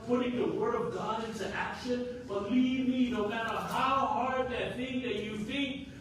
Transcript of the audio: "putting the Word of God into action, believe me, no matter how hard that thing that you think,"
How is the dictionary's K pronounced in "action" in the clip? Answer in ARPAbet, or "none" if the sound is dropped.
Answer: K